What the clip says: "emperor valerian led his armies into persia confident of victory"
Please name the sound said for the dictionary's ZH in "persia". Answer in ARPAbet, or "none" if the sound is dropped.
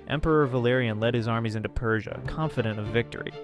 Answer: ZH